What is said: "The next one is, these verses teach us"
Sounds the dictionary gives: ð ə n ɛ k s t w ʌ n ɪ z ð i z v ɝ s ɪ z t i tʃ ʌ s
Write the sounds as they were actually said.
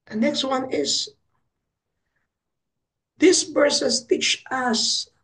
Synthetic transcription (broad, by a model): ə n ɛ k s t w ʌ n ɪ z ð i s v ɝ s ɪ s t i tʃ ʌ s